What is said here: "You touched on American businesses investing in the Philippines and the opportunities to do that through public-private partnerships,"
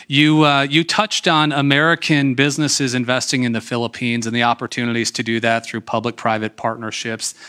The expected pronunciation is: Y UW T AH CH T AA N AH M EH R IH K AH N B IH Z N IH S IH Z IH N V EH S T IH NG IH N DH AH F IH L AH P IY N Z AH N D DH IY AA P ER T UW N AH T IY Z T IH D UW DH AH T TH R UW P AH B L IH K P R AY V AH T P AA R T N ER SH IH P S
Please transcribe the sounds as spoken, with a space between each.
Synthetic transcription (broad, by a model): Y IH T AH CH T N AH M EH R IH K AH N B IH Z N IH S IH Z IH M V EH S T IH NG IH N DH AH F IH L AH P IY N Z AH N DH IY AA P ER T UW N AH T IY Z T IH D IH DH AH T TH R UW P AH B L IH K P R AY V AH T P AA R T N ER SH IH P S